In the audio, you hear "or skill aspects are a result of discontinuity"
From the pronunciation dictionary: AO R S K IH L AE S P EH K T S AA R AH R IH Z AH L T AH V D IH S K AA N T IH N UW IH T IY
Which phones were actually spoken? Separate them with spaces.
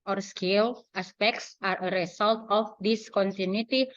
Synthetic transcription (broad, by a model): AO R S K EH L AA S P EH K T S AA R AH R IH S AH L T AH F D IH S K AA N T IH N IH T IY